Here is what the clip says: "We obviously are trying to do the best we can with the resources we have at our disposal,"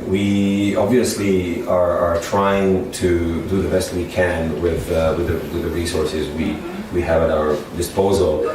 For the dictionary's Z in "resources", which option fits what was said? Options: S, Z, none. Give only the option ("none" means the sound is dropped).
Z